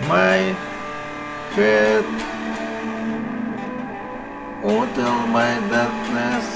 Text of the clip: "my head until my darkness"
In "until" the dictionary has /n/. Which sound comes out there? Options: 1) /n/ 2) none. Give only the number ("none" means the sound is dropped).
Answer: 2